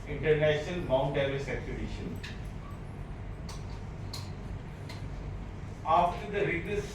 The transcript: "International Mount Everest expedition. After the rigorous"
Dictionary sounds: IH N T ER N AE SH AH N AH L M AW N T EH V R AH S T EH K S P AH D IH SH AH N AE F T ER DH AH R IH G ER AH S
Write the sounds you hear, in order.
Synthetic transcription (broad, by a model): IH N T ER N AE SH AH N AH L M AW N T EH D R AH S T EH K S AH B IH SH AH N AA F T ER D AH R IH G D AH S